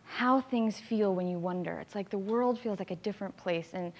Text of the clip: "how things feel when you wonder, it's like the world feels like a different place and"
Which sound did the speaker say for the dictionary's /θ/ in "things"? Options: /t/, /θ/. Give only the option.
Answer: /θ/